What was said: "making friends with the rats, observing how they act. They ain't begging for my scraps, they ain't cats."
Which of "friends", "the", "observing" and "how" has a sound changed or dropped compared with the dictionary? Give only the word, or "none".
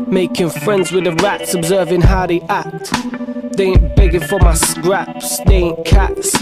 none